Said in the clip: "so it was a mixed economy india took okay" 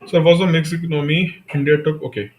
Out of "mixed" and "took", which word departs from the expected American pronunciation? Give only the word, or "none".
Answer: mixed